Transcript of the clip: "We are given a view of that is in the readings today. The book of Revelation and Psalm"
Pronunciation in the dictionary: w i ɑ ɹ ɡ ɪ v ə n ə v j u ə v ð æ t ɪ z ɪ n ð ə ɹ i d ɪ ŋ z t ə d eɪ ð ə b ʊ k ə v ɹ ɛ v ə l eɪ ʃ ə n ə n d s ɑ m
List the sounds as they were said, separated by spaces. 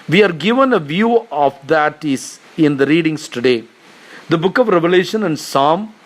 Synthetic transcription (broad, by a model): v i ɑ ɹ ɡ ɪ v ə n ə v j u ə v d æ t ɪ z ɪ n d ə ɹ i d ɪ ŋ s t ə d eɪ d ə b ʊ k ə v ɹ ɛ v ə l eɪ ʃ ə n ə n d s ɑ m